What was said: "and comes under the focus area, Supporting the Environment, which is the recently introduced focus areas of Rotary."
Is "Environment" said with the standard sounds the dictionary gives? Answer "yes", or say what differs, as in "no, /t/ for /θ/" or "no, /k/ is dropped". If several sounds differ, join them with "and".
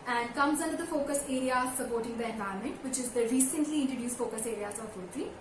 no, /ɹ/ is dropped